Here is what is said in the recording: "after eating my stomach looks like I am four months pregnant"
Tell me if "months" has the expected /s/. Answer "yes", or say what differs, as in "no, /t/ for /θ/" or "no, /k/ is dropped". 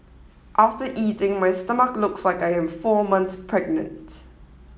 no, /s/ is dropped